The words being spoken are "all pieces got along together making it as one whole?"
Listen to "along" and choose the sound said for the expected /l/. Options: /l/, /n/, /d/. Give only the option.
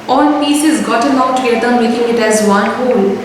/n/